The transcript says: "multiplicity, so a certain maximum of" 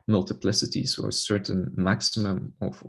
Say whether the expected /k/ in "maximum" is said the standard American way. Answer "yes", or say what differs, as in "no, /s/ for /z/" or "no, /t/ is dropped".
yes